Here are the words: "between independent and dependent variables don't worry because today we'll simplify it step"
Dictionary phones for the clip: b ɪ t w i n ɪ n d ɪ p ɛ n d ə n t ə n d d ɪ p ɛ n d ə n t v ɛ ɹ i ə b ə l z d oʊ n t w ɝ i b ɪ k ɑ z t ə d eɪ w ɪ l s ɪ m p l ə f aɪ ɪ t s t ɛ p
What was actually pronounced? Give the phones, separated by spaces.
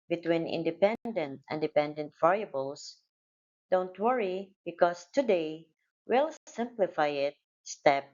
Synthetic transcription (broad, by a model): b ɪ t w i n ɪ n d ɪ p ɛ n d ə n t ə n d d ɪ p ɛ n d ə n t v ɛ ɹ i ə b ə l s d oʊ n t w ɝ i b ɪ k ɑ s t ə d eɪ w ɪ l s ɪ m p l ə f aɪ ɪ t s t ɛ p